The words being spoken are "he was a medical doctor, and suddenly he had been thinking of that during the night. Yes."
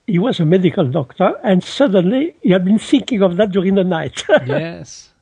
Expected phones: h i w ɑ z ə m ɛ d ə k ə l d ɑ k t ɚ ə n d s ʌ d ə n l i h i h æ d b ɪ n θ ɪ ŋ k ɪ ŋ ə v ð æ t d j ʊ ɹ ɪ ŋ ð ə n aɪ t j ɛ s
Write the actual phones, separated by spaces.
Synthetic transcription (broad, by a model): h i w ɑ z ə m ɛ d ə k ə l d ɑ k t ɚ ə n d s ʌ d ə n l i h i h æ d b ɪ n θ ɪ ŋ k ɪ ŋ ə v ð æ t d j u ɹ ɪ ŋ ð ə n aɪ t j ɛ s